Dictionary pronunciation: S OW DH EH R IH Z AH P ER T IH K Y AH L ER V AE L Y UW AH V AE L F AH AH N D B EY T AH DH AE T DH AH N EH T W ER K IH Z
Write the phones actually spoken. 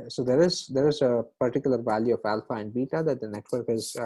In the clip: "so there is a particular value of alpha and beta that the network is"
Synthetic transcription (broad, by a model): S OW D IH R IH Z AH P ER T IH K Y AH L ER V AE L Y UW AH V AE L F AH AH N D B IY T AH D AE T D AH N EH T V ER K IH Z